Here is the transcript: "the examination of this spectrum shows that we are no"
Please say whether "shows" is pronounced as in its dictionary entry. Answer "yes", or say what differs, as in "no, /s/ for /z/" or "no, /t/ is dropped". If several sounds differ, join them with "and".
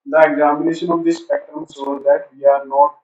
no, /s/ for /ʃ/